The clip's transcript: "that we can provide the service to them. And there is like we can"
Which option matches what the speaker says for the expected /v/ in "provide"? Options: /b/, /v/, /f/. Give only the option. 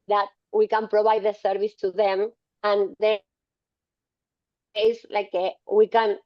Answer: /b/